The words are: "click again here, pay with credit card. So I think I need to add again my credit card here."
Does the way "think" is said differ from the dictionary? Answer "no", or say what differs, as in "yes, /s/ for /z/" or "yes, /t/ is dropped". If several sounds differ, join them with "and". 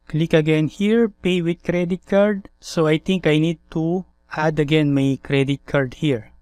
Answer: yes, /t/ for /θ/